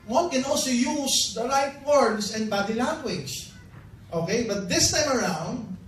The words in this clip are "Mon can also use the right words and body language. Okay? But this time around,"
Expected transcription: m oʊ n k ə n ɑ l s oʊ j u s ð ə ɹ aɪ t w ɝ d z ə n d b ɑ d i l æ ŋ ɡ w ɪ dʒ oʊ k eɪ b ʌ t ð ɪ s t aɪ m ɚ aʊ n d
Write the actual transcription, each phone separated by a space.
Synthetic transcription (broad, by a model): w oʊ n k ə n ɑ l s oʊ j u s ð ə l aɪ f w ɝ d s ə n d b ɑ d i l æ ŋ ɡ w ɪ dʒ oʊ k eɪ b ʌ t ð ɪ s t aɪ m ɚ aʊ n d